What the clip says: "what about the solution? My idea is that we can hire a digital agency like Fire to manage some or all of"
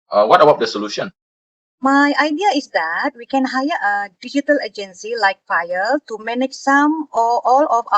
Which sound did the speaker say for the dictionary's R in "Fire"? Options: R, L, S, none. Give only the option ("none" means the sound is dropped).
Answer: L